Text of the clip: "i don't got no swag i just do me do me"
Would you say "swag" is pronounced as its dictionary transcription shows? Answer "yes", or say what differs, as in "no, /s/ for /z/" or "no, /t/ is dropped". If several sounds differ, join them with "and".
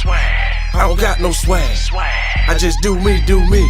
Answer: no, /ɡ/ is dropped